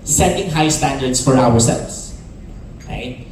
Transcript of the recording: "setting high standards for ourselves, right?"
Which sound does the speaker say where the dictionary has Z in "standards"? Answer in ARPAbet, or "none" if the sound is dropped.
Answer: S